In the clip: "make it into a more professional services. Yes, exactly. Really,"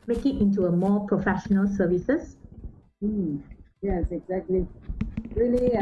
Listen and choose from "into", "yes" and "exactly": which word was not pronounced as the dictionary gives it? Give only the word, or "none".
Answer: none